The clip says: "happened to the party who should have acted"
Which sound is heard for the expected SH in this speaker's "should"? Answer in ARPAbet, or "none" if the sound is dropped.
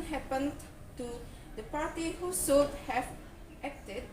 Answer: S